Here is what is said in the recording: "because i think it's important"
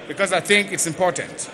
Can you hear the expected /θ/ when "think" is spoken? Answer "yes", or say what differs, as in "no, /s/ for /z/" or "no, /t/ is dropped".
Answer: yes